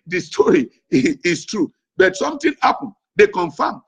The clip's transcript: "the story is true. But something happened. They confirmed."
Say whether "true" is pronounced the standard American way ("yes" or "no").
yes